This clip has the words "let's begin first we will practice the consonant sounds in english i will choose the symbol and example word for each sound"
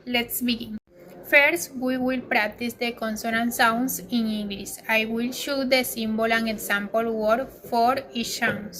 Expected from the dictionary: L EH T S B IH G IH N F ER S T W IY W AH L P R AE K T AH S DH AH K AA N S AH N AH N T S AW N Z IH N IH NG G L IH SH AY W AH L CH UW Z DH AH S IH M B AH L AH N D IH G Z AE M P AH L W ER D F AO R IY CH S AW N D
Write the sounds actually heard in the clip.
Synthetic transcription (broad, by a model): L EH T S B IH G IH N F ER S T W IY W AH L P R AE K T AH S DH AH K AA N S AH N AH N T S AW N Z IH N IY NG G L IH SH AY W AH L SH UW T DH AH S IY M B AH L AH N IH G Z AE M P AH L W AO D F AO R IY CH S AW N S